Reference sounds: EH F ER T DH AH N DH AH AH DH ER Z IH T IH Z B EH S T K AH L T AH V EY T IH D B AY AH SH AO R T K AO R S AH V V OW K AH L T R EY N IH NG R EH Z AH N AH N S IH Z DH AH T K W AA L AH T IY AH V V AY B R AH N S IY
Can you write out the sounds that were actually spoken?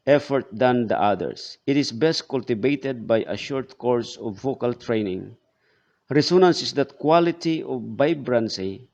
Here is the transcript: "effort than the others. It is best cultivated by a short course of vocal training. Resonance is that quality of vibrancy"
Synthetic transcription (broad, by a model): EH F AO T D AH N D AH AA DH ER S IH T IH S B EH S T K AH L T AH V EY T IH D B AY AH SH AO R T K AO R S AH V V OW K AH L T R EY N IH NG R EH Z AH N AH N S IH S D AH T K W AA L AH T IY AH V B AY B R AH N S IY